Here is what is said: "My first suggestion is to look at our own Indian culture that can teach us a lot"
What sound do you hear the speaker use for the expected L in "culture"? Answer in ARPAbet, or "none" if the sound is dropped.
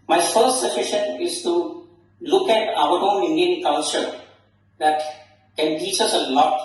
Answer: N